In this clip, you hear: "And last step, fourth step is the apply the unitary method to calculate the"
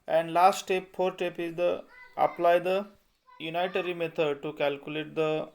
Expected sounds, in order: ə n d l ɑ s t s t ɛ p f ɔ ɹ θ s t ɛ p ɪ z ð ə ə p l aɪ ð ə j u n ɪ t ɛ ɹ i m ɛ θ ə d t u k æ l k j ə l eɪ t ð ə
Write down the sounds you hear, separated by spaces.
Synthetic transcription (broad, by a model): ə n d l ɑ s t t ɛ p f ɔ ɹ t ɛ p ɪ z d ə ə p l aɪ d ə j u n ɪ t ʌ ɹ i m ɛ t ə d t u k æ l k j ə l eɪ t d ə